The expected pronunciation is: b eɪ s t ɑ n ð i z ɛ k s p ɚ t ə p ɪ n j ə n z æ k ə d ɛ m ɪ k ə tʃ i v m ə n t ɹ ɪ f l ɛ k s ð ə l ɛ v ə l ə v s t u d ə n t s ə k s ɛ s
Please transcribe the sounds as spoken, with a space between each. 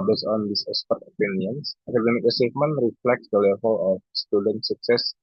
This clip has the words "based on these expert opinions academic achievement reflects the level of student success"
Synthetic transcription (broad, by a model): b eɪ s ɑ n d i s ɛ s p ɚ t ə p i n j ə n s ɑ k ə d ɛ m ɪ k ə s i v m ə n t ɹ ɪ f l ɛ k s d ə l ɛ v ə l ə f s t u d ə n t s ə k s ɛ s